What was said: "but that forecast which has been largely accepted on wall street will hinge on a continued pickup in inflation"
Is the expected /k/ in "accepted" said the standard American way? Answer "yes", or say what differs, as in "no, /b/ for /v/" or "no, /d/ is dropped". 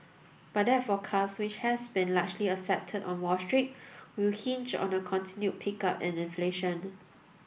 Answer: no, /k/ is dropped